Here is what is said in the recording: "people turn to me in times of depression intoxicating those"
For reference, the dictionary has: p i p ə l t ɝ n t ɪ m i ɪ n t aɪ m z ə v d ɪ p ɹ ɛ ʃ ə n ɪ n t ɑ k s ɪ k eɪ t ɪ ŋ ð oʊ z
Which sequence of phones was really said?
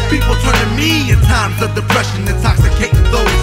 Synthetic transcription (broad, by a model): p i p l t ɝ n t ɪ m i ɪ n t aɪ m z ə v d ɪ p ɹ ɛ ʃ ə n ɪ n t ɑ k s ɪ k eɪ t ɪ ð oʊ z